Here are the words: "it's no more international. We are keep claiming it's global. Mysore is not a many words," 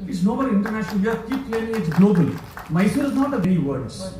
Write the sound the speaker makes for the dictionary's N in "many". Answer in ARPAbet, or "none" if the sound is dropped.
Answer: none